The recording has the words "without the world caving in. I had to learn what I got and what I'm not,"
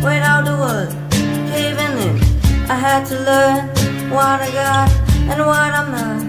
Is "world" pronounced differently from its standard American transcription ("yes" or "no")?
yes